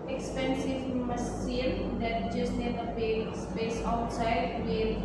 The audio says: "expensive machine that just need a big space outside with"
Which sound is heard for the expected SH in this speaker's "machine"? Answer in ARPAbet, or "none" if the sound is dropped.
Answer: S